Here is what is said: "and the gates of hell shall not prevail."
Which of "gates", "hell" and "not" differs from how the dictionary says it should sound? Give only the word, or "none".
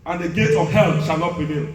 gates